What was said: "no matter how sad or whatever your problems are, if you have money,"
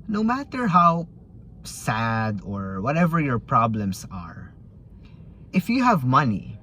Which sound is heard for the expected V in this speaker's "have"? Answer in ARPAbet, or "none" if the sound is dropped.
V